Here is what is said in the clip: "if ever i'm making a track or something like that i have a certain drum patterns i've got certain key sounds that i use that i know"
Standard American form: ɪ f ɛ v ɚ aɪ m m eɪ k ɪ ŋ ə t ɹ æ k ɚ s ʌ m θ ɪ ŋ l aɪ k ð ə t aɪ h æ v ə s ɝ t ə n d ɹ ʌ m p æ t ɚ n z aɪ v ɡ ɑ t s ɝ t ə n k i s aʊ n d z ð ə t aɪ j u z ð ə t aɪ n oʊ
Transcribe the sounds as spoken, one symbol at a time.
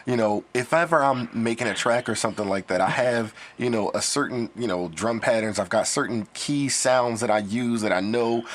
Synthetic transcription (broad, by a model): ɪ f ɛ v ɚ aɪ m m eɪ k ɪ ŋ ə t ɹ æ k ɚ s ʌ m θ ɪ ŋ l aɪ k ð ə t aɪ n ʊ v ə s ɝ t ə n d ɹ ʌ m p æ t ɚ n z aɪ v ɡ ɑ t s ɝ t n k i s aʊ n d z ð ə t aɪ j u z ð ə t aɪ n oʊ